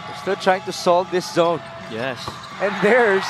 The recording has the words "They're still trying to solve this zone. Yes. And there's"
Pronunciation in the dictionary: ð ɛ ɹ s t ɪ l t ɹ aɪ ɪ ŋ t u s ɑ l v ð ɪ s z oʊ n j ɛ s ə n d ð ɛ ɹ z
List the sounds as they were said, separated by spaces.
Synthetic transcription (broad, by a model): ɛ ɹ s t ɪ l t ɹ aɪ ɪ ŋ t u s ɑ l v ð ɪ s z oʊ n j ɛ s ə n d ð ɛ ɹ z